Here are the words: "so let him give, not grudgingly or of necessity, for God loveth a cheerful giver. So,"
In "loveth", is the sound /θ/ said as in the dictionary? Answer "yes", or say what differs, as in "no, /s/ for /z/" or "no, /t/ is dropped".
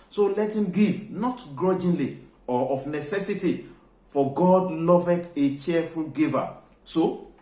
no, /t/ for /θ/